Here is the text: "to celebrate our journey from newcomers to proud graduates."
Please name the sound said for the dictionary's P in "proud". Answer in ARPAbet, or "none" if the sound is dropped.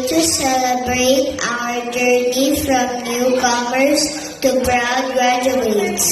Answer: B